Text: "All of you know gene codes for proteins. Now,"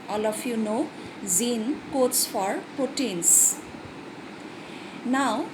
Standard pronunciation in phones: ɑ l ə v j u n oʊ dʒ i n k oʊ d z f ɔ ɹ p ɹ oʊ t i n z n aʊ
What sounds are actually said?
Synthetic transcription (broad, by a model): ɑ l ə f j u n oʊ z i n k oʊ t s f ɔ ɹ p ɹ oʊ t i n s n aʊ